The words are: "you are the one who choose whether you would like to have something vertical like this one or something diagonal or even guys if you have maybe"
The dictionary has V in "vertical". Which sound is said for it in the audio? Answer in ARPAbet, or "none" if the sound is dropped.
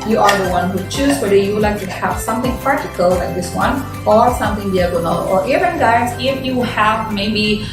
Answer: P